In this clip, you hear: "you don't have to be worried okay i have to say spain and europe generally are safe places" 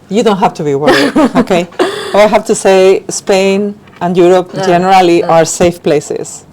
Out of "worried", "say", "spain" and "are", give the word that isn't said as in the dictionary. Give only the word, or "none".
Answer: worried